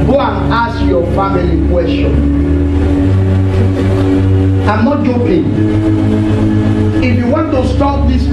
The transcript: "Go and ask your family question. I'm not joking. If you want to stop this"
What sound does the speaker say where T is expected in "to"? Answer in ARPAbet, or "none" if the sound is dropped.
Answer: T